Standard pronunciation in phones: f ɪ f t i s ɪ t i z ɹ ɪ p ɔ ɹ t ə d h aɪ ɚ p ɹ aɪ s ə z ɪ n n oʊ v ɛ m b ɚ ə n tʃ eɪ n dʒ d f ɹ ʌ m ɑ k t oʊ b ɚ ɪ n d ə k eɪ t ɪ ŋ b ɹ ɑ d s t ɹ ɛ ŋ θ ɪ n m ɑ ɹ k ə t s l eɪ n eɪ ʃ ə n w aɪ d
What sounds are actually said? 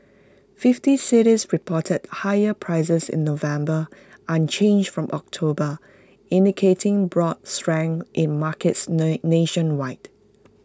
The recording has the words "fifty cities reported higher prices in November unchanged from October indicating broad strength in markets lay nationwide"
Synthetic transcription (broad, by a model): f ɪ f t i s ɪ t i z ɹ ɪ p ɔ t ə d h aɪ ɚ p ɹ aɪ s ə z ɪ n n oʊ v ɛ m b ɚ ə n tʃ eɪ n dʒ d f ɹ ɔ m ɑ k t oʊ b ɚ ɪ n d ə k eɪ t ɪ ŋ b ɹ ɑ d s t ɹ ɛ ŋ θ ɪ n m ɑ k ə t s n eɪ ʃ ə n w aɪ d